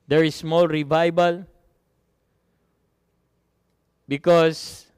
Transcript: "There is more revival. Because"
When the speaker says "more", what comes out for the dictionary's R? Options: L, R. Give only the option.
L